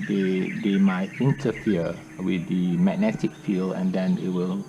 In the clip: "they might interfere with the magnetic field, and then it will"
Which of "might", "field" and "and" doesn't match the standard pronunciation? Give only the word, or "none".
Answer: field